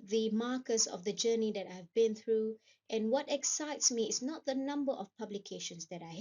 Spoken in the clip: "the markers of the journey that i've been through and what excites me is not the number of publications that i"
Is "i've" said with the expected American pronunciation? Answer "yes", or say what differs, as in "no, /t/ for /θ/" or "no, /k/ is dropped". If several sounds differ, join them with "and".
yes